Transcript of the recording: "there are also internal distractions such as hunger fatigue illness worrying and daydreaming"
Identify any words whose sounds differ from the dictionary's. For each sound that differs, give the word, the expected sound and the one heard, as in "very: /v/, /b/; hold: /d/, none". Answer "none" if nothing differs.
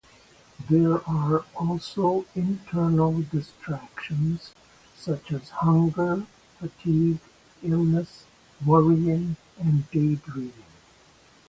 daydreaming: /m/, none